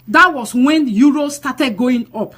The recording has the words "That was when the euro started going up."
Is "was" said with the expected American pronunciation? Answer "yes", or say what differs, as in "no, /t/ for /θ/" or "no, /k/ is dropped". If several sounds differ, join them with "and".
no, /s/ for /z/